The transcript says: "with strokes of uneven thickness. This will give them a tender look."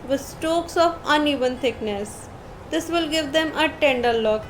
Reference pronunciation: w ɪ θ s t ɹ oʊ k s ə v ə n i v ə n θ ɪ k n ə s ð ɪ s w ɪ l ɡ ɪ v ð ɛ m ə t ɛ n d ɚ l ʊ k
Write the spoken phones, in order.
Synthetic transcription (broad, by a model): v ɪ s t oʊ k s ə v ə n i v ə n t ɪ k n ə s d ɪ s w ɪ l ɡ ɪ v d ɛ m ə t ɛ n d ɚ l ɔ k